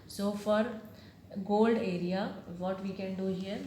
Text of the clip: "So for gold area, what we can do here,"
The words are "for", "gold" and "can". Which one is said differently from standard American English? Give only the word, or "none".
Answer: none